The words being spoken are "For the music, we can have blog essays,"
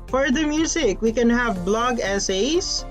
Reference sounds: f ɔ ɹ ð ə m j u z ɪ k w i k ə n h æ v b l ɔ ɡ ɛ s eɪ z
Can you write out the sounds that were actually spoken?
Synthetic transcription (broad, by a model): f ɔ ɹ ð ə m j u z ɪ k w i k ə n h æ v b l ɔ ɡ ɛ s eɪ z